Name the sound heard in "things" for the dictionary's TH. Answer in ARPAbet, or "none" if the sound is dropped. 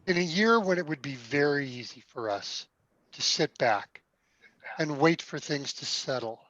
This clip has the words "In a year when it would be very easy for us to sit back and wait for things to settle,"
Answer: TH